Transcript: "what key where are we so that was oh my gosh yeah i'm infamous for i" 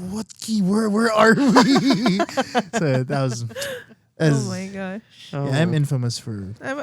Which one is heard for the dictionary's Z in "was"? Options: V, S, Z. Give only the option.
Z